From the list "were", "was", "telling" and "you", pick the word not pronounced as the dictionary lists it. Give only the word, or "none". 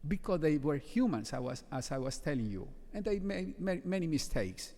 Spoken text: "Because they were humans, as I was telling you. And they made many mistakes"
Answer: was